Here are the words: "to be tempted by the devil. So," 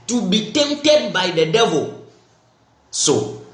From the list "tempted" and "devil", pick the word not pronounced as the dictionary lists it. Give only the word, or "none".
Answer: tempted